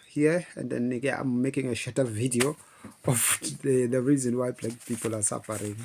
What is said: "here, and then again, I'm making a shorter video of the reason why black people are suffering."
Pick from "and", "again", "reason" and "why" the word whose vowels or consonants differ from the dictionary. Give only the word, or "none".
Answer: again